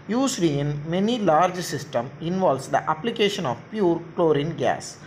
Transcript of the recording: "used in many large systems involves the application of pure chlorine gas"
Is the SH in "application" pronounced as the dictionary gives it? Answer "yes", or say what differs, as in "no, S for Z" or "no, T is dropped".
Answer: yes